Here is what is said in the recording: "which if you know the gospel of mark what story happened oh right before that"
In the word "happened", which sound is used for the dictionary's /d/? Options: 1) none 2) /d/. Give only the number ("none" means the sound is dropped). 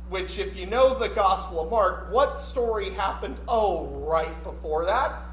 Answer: 2